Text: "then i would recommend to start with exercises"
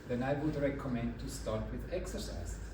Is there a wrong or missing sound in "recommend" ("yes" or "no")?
no